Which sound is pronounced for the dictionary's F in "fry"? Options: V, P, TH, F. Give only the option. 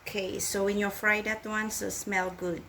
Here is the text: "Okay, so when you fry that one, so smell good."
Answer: F